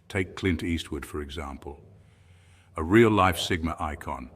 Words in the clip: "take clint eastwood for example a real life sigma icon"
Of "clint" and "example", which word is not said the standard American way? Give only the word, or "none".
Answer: none